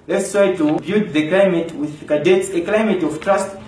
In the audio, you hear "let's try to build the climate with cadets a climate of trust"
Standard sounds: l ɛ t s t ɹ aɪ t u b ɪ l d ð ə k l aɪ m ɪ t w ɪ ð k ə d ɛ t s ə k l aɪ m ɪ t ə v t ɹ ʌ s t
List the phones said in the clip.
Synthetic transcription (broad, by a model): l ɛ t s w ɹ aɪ t u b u d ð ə k l aɪ m ɪ t w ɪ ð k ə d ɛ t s ə k l aɪ m ɪ t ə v t ɹ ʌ s t